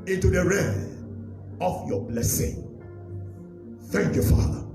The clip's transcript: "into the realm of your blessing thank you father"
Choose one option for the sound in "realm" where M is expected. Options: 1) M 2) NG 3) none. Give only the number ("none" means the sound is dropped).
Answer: 3